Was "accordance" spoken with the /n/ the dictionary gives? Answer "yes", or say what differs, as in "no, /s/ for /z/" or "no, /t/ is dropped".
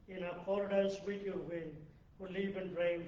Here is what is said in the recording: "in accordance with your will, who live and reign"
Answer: no, /n/ is dropped